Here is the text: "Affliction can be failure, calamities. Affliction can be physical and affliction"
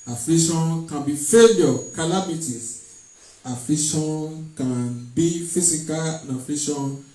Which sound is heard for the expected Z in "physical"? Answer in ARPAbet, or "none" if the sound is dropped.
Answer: S